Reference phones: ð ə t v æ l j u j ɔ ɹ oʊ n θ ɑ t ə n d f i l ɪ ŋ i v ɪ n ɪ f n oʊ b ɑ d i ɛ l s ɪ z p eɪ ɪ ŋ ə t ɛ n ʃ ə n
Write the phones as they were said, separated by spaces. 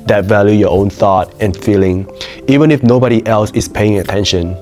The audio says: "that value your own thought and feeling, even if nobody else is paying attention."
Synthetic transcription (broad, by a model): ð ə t v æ l j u j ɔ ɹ oʊ n θ ɑ t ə n f i l ɪ ŋ i v ɪ n ɪ f n oʊ b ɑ d i ɛ l s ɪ s p eɪ ɪ ŋ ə t ɛ n ʃ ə n